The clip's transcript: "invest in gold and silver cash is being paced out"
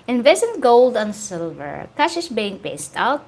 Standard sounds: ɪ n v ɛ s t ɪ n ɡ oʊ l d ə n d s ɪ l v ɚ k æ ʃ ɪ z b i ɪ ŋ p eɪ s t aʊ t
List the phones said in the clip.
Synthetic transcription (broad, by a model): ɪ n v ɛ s ɪ n ɡ oʊ l d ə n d s ɪ l v ɚ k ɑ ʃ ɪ s b i ɪ ŋ p eɪ s t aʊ t